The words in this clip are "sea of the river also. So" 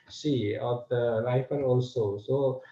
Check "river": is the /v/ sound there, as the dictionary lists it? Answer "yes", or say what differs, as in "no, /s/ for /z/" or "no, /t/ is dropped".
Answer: no, /f/ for /v/